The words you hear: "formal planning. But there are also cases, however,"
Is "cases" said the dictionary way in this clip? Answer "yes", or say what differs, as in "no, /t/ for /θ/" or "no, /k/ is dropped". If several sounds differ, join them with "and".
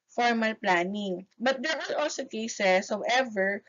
no, /s/ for /z/